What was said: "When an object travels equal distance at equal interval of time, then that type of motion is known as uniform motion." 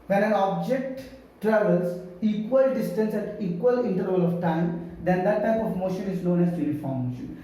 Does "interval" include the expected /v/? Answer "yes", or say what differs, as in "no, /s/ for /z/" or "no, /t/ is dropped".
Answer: no, /v/ is dropped